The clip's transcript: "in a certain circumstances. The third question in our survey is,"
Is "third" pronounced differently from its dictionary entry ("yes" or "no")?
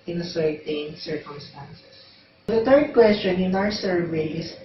yes